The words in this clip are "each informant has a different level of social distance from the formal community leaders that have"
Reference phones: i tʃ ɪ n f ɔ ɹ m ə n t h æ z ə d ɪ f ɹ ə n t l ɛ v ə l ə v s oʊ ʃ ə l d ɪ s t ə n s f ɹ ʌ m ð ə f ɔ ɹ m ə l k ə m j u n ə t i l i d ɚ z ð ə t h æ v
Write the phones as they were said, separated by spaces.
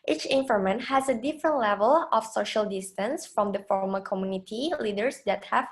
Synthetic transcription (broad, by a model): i tʃ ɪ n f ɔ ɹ m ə n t h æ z ə d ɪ f ɹ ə n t l ɛ v ə l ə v s oʊ ʃ ə l d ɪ s t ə n s f ɹ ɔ m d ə f ɔ ɹ m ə k ə m j u n ə t i l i d ɚ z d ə t h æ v